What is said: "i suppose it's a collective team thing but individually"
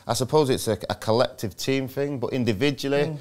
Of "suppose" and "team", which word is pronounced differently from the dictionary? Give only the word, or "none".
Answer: none